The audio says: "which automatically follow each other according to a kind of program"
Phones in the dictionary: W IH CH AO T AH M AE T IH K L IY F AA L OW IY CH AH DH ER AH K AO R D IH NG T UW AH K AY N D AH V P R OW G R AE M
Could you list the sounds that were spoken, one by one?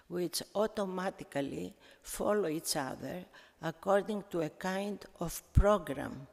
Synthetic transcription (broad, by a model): W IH CH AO T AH M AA T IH K L IY F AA L OW IY CH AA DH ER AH K AO R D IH NG T UW AH K AY N D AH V P R OW G R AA M